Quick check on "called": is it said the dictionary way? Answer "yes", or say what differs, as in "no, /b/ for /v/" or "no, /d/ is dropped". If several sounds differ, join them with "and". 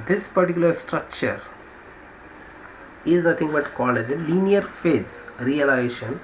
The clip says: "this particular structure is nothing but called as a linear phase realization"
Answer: no, /d/ is dropped